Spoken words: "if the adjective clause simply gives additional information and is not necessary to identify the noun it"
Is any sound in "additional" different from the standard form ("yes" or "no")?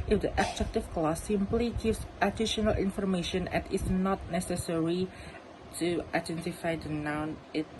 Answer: no